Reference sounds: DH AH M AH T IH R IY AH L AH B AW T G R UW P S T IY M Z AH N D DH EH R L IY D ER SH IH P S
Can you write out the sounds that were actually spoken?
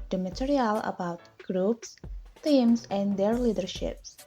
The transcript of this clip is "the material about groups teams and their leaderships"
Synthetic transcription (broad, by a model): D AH M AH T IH R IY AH L AH B AW T G R UW P S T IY M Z AH N D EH R L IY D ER SH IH P S